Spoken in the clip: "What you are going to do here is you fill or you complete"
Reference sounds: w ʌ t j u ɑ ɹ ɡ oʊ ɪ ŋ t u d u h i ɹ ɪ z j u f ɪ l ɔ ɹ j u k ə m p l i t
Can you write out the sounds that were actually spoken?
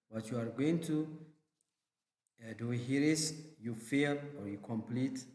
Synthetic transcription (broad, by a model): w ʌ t j u ɑ ɹ ɡ oʊ ɪ ŋ t u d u h i ɹ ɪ s j u f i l ɔ ɹ j u k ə m p l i t